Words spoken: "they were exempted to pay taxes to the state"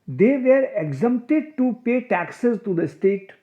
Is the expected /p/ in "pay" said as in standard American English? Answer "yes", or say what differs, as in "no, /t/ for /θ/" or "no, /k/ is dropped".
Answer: yes